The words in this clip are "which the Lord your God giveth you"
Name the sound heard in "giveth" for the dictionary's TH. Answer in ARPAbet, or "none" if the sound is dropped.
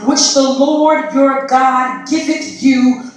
T